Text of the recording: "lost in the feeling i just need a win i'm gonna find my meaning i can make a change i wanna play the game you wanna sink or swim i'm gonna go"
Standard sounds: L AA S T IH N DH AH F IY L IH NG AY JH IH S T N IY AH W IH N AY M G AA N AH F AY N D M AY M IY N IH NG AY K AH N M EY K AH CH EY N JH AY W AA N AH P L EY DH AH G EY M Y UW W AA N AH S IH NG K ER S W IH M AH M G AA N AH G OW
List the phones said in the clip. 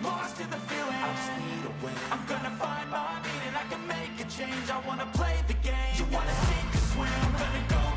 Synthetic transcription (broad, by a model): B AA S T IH DH AH F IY L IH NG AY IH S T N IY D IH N AY M G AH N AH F AY N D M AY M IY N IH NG AY K AH N M EY K AH CH EY N JH AY W AA N AH P L EY DH AH G EY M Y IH W AA N AH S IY K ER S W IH AH M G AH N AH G OW